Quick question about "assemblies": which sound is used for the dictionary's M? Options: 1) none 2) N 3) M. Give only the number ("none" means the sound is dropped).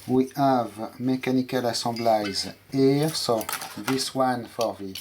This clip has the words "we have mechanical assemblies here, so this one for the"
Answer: 1